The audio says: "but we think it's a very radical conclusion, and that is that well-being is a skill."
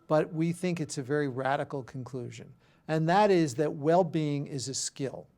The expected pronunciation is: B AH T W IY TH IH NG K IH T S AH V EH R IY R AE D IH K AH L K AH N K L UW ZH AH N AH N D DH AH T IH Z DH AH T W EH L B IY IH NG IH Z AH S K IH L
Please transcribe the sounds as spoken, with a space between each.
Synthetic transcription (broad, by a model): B AH T W IY TH IH NG K IH T S AH V EH R IY R AE D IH K L K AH N K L UW ZH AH N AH N DH AH T IH Z DH AH T W EH L B IY IH NG IH Z AH S K IH L